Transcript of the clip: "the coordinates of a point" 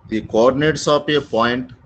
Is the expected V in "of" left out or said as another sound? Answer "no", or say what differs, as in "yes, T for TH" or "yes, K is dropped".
yes, P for V